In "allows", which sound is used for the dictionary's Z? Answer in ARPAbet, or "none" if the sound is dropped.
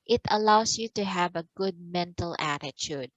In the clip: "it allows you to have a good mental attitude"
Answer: S